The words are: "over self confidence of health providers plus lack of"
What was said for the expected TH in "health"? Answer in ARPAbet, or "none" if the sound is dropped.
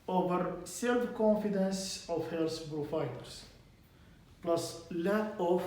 S